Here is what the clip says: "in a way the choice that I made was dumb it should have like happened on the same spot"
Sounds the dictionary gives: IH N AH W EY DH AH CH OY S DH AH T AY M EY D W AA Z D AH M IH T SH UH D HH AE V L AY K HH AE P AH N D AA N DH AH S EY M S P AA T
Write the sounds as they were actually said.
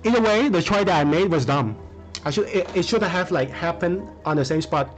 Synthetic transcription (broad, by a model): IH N AH W EY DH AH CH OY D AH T AY M EY D W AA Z D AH M IH T SH UH D HH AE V L AY K HH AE P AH N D AA N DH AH S EY M S P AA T